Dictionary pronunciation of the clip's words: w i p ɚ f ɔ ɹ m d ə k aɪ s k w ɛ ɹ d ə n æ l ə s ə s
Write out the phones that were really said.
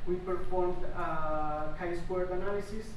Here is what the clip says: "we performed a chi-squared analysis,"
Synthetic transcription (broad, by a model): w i p ɚ f ɔ ɹ m d ə k aɪ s w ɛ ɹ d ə n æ l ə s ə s